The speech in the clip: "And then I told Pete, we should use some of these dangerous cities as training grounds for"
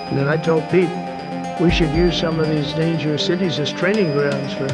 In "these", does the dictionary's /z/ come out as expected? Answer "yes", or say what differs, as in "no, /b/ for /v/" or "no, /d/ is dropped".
yes